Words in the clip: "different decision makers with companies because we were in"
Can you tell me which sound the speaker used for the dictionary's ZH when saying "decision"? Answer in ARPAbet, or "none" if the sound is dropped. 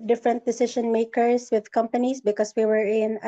SH